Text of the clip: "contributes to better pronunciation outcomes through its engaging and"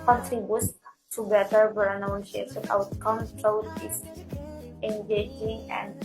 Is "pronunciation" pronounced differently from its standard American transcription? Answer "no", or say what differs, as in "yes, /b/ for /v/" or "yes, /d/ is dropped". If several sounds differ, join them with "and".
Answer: yes, /s/ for /ʃ/